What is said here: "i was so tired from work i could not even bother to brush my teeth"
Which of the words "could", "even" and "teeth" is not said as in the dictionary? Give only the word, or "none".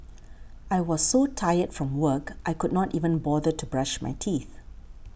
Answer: none